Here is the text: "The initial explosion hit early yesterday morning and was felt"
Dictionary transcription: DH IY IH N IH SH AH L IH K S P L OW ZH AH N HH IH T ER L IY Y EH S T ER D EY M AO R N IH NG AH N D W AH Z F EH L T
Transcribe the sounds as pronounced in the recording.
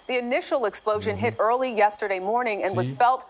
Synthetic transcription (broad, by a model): DH IY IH N IH SH L IH K S P L OW ZH AH N HH IH T ER L IY Y EH S T ER D EY M AO R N IH NG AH N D W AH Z F EH L T